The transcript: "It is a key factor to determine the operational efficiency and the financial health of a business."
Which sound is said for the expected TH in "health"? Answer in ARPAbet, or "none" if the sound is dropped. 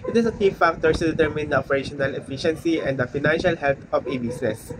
T